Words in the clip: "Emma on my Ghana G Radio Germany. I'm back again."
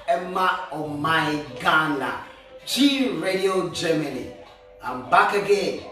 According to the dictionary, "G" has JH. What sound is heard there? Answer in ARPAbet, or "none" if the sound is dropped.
CH